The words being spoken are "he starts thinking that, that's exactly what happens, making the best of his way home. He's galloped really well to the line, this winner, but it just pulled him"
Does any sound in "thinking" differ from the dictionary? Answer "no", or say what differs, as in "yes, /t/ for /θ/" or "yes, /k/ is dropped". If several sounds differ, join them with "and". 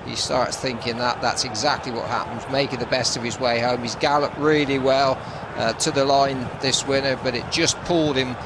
no